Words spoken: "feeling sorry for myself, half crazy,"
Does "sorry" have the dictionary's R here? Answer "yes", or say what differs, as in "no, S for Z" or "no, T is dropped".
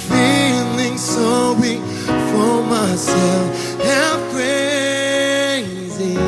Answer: no, W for R